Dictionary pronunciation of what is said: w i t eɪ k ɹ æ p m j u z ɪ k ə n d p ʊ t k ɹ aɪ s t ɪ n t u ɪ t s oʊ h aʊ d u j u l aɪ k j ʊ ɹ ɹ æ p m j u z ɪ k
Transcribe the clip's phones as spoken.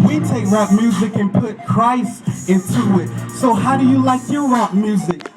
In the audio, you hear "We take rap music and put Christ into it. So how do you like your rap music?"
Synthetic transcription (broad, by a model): w i t eɪ k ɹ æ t m j u z ɪ k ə n p ʊ t k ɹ aɪ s ɪ n t u ɪ t s oʊ h aʊ d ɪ j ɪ l aɪ k j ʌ ɹ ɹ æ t m j u z ɪ k